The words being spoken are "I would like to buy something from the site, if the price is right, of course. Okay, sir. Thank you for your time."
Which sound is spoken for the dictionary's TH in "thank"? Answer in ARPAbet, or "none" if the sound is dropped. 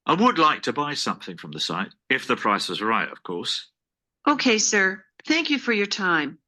TH